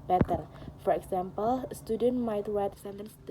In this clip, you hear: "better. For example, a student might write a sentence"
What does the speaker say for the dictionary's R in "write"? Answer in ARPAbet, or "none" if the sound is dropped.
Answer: W